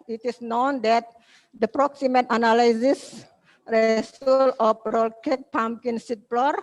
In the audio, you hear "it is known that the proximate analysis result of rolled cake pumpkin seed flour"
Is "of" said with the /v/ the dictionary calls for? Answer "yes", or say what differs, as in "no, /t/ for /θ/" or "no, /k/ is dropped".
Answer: no, /p/ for /v/